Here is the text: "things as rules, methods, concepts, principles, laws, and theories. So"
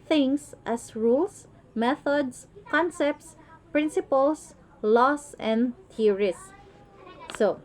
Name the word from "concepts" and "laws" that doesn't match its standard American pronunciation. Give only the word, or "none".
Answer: laws